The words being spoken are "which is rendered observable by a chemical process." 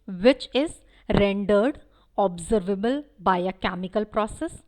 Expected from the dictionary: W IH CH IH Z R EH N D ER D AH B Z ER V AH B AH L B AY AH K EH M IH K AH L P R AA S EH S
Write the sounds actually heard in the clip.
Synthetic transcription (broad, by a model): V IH CH IH Z R EH N D ER D AH B Z ER V AH B AH L B AY AH K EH M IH K AH L P R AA S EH S